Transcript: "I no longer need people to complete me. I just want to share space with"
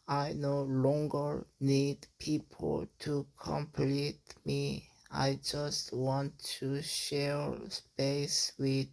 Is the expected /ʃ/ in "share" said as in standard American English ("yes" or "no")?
yes